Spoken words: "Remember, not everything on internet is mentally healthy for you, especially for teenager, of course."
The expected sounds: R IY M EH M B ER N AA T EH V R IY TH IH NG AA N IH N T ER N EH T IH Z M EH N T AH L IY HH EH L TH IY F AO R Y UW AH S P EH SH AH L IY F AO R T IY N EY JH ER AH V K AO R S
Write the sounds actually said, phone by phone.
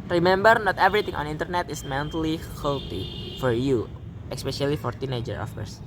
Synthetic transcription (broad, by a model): R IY M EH M B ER N AA T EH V R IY T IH NG AA N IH N T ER N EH T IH S M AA N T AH L IY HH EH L T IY F AO R Y UW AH S P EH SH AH L IY F AO R T IY N EY JH ER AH F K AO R S